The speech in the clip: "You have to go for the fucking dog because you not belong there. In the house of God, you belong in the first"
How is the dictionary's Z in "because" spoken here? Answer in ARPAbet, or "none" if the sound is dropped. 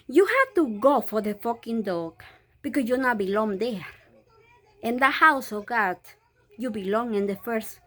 S